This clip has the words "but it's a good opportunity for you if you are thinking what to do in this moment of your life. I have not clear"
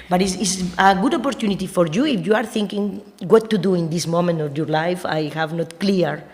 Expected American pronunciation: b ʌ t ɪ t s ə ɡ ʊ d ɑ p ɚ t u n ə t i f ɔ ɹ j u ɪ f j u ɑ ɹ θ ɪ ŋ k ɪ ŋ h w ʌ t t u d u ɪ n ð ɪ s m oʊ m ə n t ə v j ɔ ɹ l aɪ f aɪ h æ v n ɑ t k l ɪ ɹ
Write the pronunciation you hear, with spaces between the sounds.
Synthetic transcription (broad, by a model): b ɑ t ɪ s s ə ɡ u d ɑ p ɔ t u n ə t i f ɔ ɹ j u ɪ f j u ɑ ɹ θ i ŋ k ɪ ŋ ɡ w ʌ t t u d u ɪ n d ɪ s m oʊ m ə n t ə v j ɔ ɹ l aɪ f aɪ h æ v n ɑ t k l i ɹ